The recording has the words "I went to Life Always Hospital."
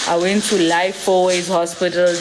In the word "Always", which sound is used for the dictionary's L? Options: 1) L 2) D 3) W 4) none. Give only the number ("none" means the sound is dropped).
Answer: 4